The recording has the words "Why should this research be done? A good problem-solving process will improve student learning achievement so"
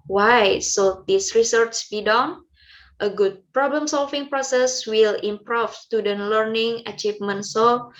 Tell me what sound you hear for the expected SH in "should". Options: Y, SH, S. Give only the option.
S